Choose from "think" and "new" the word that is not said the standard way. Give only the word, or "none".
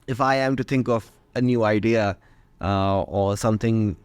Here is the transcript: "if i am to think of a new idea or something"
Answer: none